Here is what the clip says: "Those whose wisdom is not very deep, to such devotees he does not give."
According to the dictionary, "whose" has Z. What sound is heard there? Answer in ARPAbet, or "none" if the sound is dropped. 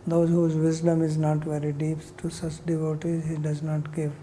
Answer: Z